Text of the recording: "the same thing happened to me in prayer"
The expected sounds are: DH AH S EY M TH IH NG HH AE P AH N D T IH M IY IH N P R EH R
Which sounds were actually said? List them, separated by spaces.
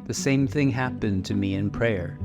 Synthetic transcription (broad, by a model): DH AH S EY M TH IH NG HH AE P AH N T IH M IY IH N P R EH R